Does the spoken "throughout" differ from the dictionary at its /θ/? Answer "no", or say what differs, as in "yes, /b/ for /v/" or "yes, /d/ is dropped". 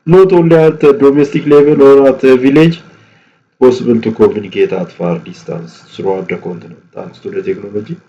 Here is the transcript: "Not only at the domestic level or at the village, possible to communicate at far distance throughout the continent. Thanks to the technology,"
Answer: yes, /s/ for /θ/